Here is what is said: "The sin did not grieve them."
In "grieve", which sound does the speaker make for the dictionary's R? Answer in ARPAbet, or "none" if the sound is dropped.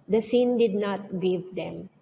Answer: none